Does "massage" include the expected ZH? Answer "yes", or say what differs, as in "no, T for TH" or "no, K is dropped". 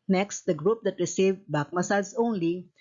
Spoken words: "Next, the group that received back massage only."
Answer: no, S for ZH